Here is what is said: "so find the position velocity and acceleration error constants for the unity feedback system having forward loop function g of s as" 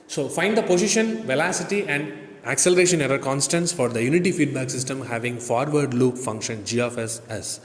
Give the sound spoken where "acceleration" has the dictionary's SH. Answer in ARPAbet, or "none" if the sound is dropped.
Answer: SH